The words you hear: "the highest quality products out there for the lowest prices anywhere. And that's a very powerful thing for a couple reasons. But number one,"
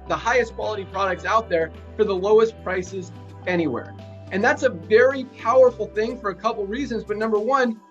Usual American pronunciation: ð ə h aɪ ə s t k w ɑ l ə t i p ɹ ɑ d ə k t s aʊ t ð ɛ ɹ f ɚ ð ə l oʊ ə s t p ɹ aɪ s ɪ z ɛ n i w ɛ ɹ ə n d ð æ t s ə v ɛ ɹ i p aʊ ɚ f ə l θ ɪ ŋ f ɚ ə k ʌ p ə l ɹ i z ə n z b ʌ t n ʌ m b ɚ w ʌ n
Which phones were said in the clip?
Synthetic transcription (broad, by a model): ð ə h aɪ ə s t k w ɑ l ə t i p ɹ ɑ d ə k t s aʊ t ð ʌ ɹ f ɚ ð ə l oʊ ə s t p ɹ aɪ s ɪ z ɛ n i w ɛ ɹ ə n ð æ t s ə v ɛ ɹ i p aʊ ɚ f l θ ɪ ŋ f ɚ ə k ʌ p l ɹ i z ə n z b ʌ t n ʌ m b ɚ w ʌ n